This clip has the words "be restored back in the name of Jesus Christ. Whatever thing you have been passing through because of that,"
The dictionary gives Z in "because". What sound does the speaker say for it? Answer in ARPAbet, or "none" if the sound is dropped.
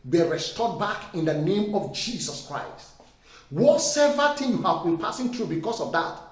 S